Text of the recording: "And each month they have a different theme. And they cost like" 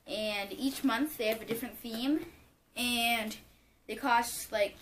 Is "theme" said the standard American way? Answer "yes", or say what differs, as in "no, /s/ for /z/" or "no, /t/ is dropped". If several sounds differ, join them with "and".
yes